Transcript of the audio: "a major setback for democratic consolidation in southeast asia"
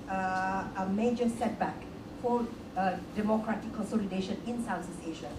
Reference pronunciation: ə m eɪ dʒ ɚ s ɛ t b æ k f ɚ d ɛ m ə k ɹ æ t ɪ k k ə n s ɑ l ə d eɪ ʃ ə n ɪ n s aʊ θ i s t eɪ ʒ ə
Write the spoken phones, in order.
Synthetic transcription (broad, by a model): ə m eɪ dʒ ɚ s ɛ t b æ k f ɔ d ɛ m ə k ɹ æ t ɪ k k ə n s ɑ l ə d eɪ ʃ ə n ɪ n s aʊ s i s eɪ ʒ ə